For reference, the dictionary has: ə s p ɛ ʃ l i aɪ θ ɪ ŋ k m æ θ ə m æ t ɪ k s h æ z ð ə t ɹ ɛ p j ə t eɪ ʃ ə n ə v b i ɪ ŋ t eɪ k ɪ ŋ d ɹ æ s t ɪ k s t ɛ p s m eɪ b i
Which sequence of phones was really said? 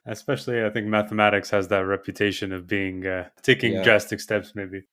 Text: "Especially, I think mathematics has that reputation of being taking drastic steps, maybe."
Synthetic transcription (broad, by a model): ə s p ɛ ʃ l i aɪ θ ɪ ŋ k m æ θ ə m æ t ɪ k s h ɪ z ð ə t ɹ ɛ p j ə t eɪ ʃ ə n ə v b i ɪ ŋ t eɪ k ɪ ŋ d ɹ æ s t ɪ k s t ɛ p s m eɪ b i